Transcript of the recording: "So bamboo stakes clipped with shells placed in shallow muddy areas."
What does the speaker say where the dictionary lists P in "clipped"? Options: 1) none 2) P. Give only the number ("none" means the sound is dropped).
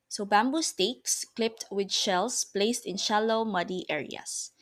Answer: 2